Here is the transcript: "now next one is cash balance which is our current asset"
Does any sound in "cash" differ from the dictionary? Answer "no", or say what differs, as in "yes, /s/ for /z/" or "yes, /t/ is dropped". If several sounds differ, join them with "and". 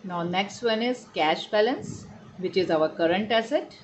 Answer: no